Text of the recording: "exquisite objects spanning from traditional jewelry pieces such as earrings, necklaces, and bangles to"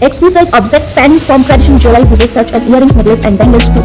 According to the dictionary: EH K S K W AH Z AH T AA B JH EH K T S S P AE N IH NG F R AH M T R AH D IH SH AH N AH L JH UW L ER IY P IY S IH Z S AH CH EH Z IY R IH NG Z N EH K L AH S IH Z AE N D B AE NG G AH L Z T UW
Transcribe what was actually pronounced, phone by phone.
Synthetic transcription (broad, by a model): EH K S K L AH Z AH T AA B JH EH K T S S P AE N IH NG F R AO M T R AH D IH SH AH N AH L JH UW L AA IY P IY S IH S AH CH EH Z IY R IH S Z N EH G L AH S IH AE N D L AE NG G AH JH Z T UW